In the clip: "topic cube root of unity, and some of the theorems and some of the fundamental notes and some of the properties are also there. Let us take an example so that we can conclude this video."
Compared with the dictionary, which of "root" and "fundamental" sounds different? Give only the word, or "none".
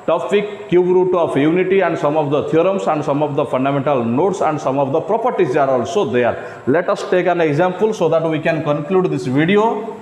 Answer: fundamental